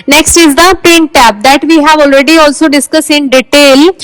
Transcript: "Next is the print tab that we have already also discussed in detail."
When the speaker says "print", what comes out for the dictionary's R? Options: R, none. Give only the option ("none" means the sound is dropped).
none